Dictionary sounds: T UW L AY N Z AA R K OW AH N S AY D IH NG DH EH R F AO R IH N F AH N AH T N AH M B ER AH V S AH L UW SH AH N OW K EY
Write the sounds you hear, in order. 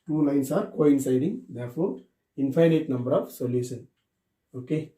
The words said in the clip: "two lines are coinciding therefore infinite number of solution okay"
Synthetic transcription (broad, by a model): T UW N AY N S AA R K OW AH N S AY D IH NG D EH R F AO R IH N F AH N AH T N AH M B ER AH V S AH L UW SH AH N OW K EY